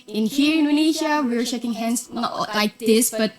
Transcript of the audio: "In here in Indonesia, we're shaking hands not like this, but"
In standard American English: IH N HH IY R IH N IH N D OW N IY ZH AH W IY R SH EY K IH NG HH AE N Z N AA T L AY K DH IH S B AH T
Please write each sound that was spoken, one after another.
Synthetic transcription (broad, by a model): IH N HH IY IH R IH N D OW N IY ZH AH W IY W SH EY K IH NG HH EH N S N AA T L AY K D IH S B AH T